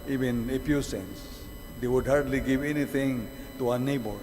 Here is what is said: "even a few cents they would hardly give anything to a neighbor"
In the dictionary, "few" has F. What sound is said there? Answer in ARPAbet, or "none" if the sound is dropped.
P